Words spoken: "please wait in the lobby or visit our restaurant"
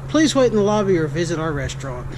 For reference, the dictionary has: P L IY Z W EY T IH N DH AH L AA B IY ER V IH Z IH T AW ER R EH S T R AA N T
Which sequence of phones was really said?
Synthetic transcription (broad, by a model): P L IY Z W EY T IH N DH AH L AA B IY ER V IH Z IH T AW ER R EH S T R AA N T